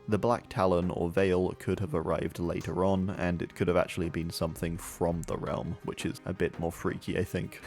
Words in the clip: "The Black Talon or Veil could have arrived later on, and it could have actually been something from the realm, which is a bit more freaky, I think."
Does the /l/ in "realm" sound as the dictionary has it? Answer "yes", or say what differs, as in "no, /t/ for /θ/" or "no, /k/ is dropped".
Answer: yes